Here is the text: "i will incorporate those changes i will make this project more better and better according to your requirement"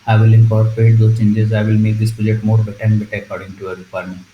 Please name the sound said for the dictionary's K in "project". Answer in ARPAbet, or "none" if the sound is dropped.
none